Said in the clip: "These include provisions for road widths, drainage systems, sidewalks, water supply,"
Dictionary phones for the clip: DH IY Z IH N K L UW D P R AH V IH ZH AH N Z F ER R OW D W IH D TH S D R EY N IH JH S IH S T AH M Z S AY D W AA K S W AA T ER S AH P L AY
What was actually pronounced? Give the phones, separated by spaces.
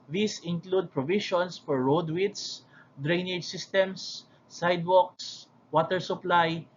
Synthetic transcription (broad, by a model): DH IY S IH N K L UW D P R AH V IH SH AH N S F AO R OW D W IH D S D R EY N IH JH S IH S T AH M S AY D W AA K S W AA T ER S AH P L AY